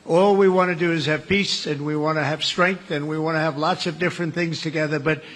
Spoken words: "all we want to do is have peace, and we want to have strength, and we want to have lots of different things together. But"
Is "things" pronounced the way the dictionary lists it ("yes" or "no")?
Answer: yes